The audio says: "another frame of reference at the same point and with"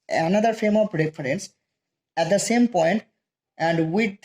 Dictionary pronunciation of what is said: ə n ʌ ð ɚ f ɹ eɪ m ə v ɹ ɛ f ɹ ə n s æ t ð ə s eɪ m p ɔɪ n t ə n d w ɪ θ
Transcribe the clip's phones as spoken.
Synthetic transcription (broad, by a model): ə n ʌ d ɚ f eɪ m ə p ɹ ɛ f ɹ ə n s æ t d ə s eɪ m p ɔɪ n t ə n d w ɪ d